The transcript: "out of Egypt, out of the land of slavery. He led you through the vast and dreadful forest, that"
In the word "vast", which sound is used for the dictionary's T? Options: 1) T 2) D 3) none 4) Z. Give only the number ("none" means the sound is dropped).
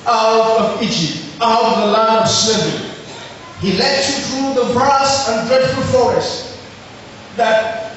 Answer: 3